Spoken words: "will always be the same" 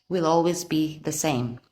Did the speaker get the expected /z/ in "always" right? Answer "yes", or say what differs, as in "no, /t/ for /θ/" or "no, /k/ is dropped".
yes